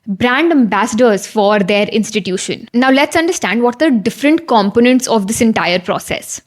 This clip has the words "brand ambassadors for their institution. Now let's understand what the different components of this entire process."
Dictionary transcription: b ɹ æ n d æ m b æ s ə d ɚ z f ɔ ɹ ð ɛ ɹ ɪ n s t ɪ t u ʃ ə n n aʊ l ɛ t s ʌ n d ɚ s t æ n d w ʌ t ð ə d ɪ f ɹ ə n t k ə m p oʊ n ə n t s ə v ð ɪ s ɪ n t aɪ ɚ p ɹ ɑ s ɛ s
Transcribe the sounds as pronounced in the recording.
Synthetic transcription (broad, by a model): b ɹ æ n d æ m b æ s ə d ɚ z f ɔ ɹ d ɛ ɹ ɪ n s t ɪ t u ʃ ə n n aʊ l ɛ t s ʌ n d ɚ s t æ n d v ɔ t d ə d ɪ f ɹ ə n t k ə m p oʊ n ə n t s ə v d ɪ s ɪ n t aɪ ɚ p ɹ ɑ s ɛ s